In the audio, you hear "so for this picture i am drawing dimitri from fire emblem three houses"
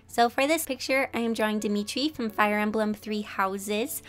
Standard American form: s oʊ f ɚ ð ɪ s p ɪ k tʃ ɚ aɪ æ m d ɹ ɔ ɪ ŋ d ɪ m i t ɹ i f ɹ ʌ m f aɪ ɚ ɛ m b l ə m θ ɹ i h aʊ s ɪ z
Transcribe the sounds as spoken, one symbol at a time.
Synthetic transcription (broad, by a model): s oʊ f ɚ ð ɪ s p ɪ k tʃ ɚ aɪ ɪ m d ɹ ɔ ɪ ŋ d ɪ m i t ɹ i f ɹ ʌ m f aɪ ɚ ɛ m b l ə m θ ɹ i h aʊ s ɪ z